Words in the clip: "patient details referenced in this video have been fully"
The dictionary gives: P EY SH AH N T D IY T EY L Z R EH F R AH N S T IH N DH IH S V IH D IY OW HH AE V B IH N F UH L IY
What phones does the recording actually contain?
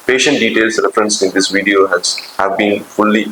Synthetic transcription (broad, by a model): P EY SH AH N T D IY T EY L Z R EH F R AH N S IH N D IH S V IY D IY OW HH AE V B IH N F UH L IY